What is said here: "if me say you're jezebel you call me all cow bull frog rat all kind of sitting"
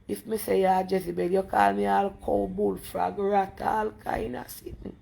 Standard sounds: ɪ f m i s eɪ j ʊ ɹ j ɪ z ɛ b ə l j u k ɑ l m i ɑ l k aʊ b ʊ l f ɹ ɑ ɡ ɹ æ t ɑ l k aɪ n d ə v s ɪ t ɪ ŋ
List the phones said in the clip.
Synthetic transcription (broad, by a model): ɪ f m i s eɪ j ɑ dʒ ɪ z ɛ b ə l j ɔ k ɑ l m i ɑ l k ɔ b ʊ l f ɹ ɑ ɡ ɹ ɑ t ɑ l k aɪ n ə s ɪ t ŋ